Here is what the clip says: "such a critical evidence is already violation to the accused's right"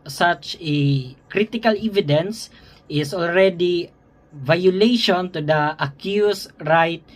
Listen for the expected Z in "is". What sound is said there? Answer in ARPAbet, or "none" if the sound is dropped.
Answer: S